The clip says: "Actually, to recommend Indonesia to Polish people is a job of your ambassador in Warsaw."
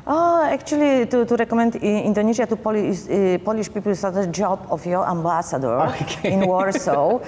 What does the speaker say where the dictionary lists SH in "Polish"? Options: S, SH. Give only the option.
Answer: S